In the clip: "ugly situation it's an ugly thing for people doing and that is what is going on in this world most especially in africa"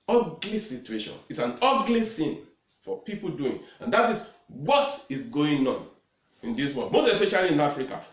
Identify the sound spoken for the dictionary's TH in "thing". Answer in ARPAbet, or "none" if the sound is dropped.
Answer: S